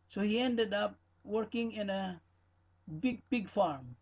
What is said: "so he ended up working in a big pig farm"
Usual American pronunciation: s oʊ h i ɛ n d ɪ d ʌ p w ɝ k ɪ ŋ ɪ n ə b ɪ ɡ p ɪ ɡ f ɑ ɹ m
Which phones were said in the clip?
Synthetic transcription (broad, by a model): s oʊ h i ɛ n d ɪ d ʌ p w ɝ k ɪ ŋ ɪ n ə b ɪ ɡ b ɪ ɡ f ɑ ɹ m